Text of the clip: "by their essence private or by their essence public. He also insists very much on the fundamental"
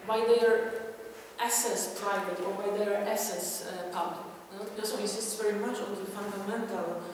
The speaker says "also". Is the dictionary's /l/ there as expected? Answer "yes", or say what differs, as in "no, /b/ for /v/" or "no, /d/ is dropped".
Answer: no, /l/ is dropped